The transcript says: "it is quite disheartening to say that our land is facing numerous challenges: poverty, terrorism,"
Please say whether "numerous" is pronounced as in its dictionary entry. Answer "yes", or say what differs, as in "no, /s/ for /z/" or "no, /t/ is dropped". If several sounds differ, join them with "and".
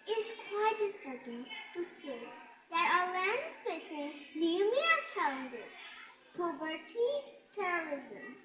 no, /s/ is dropped